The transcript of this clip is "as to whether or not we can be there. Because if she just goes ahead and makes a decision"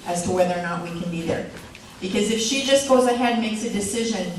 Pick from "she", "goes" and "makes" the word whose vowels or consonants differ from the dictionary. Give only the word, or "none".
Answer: none